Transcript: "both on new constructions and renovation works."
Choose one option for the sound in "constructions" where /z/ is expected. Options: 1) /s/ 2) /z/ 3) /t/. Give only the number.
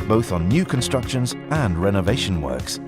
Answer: 2